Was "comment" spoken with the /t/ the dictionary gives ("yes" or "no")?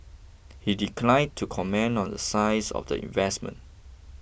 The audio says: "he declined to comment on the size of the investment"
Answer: no